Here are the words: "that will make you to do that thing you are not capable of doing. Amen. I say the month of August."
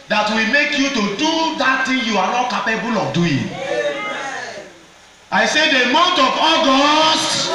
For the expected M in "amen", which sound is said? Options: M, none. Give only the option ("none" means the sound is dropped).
none